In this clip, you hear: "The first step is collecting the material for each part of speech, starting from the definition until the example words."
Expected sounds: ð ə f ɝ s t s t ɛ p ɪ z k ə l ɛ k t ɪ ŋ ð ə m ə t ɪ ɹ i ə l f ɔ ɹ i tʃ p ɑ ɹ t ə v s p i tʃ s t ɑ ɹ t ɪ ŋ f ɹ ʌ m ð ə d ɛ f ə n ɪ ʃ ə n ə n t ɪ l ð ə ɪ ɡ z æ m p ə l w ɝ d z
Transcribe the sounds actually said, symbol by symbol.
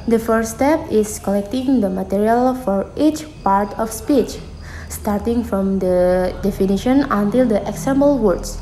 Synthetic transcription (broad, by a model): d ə f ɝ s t s t ɛ p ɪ s k ə l ɛ k t ɪ ŋ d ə m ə t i ɹ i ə l f ɔ ɹ i tʃ p ɑ ɹ t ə f s p i tʃ s t ɑ ɹ t ɪ ŋ f ɹ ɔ m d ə d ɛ f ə n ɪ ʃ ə n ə n t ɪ l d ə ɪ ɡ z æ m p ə l w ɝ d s